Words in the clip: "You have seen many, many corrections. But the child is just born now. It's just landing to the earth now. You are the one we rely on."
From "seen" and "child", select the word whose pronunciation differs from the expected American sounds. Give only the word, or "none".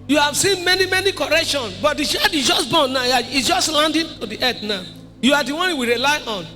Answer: child